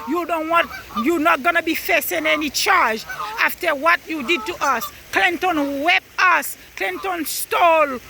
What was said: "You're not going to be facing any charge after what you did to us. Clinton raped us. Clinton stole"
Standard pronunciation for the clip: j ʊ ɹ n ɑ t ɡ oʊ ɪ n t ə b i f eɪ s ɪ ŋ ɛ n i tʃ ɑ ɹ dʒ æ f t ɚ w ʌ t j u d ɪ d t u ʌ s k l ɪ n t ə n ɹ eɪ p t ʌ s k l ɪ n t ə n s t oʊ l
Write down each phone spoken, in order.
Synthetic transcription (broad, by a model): j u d n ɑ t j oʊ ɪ n t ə b i f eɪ s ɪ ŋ ɛ n i tʃ ɑ ɹ dʒ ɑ f t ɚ w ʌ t j u d ɪ d t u ʌ s k l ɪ n t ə n w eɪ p ʌ s k l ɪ n t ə n s t oʊ l